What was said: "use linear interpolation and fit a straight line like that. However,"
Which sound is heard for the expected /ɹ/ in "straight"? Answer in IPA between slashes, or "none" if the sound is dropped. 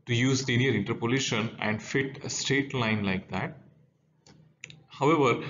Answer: /ɹ/